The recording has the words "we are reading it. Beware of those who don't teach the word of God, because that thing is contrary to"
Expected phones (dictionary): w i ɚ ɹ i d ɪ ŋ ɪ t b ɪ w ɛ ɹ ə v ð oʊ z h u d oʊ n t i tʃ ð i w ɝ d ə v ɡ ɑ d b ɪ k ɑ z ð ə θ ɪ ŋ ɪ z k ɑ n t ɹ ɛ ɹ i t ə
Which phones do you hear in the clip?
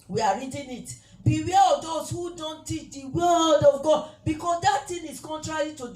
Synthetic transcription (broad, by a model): w i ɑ ɹ i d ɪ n ɪ t b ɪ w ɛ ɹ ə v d oʊ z h u d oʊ n t i tʃ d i w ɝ d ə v ɡ ɑ d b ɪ k ɑ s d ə t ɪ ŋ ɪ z k ɑ n t ɹ ɛ ɹ i t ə